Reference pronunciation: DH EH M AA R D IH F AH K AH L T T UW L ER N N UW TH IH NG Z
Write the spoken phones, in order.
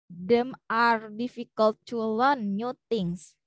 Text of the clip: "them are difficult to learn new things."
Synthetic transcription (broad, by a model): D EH M AA R D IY F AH K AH L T T UW L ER N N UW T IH NG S